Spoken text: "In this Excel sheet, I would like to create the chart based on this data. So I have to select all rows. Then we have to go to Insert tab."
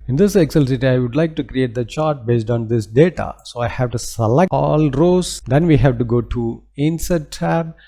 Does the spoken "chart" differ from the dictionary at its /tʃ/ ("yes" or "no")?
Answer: no